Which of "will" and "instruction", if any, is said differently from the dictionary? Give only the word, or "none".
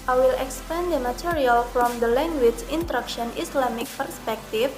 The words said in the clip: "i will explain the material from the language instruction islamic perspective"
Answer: instruction